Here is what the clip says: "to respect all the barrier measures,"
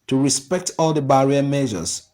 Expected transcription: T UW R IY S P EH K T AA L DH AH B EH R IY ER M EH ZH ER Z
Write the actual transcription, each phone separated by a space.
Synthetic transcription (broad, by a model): T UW R IY S P EH K T AA L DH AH B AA R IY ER M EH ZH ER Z